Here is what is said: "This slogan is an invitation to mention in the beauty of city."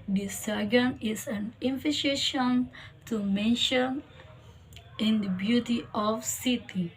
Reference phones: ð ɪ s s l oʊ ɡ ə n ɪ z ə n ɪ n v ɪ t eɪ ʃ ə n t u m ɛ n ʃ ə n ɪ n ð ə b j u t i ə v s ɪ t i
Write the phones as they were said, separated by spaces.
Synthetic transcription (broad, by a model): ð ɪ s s oʊ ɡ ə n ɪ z ə n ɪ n f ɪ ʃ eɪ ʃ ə n t u m ɛ n ʃ ə n ɪ n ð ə b j u t i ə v s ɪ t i